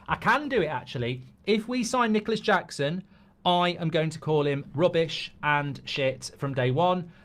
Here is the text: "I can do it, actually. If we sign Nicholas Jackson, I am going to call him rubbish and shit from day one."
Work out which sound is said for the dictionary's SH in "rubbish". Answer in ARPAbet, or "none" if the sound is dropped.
SH